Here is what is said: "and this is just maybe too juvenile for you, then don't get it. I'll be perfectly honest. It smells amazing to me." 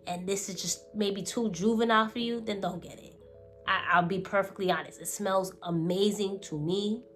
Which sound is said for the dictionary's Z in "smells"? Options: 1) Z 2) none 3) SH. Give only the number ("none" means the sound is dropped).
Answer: 1